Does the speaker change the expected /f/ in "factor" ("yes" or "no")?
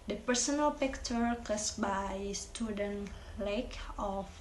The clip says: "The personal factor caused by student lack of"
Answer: yes